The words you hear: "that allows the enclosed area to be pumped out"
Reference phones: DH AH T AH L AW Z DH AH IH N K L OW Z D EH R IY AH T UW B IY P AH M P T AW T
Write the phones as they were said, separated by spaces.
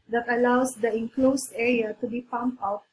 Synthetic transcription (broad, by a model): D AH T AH L AW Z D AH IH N K L OW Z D EH R IY AH T UW B IY P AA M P AW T